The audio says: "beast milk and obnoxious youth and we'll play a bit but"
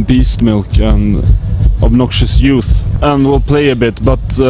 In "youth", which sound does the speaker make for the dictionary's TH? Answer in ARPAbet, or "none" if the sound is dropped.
TH